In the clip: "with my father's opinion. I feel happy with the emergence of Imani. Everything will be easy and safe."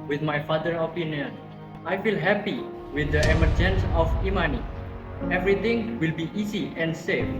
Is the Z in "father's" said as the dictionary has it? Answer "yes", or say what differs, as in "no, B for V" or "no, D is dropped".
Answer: no, Z is dropped